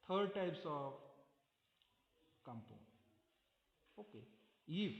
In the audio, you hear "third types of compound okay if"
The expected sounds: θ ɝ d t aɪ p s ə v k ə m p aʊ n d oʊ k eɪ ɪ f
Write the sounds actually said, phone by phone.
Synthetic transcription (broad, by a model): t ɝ d t aɪ p s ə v k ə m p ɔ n oʊ k eɪ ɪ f